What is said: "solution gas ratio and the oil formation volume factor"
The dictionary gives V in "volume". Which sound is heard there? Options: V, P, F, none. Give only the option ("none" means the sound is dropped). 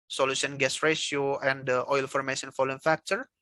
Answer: F